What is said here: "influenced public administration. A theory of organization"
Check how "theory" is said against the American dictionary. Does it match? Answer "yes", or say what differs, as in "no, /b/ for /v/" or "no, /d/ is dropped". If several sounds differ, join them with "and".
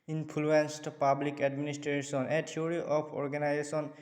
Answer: no, /t/ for /θ/